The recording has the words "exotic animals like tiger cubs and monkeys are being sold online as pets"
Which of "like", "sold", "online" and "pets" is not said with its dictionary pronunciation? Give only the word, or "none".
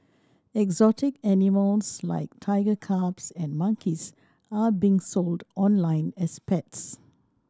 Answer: none